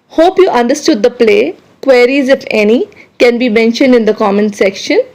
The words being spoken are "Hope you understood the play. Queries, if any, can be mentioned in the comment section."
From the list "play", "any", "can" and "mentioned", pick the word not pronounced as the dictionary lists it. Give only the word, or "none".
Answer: none